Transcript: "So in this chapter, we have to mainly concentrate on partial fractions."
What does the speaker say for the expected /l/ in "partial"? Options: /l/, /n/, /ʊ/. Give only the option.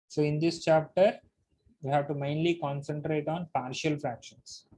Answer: /l/